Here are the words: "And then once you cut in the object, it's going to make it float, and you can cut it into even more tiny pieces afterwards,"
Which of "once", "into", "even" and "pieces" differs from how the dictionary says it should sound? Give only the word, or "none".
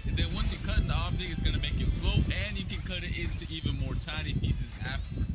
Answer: none